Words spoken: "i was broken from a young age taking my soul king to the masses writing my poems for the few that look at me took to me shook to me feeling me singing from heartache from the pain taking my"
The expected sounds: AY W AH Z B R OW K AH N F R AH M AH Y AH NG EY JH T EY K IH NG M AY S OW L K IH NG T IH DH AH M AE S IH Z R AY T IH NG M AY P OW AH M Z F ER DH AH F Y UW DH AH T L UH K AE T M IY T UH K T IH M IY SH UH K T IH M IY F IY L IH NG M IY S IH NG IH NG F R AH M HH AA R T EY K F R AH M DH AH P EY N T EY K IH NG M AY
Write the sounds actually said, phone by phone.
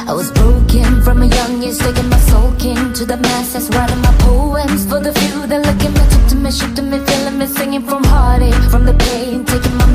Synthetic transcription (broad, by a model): AY W AH Z B R OW K AH N F R AH M AH Y AH NG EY Z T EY K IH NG M AY S OW L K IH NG T IH DH AH M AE S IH S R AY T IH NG M AY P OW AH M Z F ER DH AH F Y UW DH AH T L UH K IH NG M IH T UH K T IH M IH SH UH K T IH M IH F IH L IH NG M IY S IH NG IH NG F R AH M HH AA R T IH F R AH M DH AH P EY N T EY K IH NG M AY